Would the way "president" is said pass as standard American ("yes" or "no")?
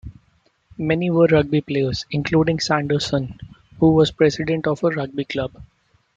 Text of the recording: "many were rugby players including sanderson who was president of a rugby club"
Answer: no